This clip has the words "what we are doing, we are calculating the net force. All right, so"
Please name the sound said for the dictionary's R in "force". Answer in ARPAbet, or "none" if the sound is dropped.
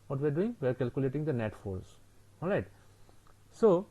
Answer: L